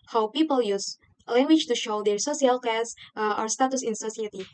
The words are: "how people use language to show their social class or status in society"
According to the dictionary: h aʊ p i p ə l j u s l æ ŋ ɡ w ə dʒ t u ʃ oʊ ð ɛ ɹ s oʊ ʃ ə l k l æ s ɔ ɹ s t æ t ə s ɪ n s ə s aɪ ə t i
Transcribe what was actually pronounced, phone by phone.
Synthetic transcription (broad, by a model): h aʊ p i p ə l j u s l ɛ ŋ ɡ w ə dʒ t u ʃ oʊ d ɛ ɹ s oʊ s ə l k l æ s ɔ ɹ s t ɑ t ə s ɪ n s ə s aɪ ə t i